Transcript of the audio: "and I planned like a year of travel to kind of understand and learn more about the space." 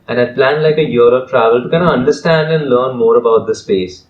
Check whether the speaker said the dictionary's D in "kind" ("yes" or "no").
no